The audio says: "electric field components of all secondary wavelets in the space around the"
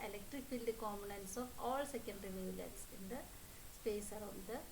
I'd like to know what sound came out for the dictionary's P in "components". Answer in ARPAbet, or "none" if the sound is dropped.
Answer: none